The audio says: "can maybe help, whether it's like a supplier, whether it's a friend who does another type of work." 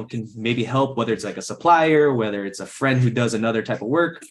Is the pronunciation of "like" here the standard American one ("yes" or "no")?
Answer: yes